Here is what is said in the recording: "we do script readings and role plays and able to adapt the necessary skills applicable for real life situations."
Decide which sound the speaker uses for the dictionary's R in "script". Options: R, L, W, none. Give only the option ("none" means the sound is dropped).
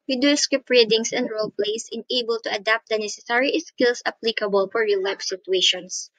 none